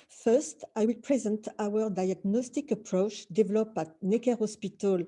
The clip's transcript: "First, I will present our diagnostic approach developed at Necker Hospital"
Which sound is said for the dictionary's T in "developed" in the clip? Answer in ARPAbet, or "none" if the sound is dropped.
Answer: none